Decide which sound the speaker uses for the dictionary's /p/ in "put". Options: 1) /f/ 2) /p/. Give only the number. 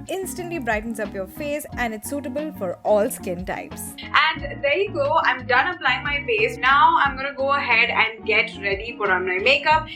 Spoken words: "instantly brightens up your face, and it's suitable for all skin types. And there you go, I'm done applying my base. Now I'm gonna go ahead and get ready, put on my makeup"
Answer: 1